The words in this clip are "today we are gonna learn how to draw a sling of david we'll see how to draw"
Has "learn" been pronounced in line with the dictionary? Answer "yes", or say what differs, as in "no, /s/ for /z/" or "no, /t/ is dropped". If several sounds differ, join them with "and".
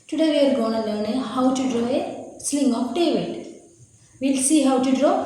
no, /n/ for /l/